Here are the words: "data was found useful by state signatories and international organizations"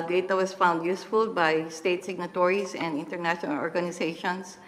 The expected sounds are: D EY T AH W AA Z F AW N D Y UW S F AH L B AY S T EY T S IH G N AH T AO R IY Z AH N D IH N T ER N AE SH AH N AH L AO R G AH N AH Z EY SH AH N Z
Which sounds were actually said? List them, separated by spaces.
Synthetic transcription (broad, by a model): D EY T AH W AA S F AW N D Y UW S F AH L B AY S T EY T S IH G N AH T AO R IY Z AH N D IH N T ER N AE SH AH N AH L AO R G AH N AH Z EY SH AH N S